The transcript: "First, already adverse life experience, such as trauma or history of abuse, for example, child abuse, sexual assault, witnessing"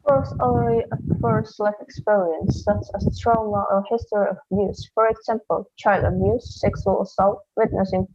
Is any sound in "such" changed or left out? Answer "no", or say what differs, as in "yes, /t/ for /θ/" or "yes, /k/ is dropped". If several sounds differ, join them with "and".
yes, /s/ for /tʃ/